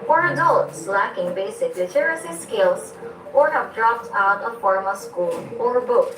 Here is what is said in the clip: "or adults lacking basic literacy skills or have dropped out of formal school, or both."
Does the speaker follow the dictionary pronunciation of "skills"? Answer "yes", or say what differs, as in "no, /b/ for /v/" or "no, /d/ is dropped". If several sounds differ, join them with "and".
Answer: no, /s/ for /z/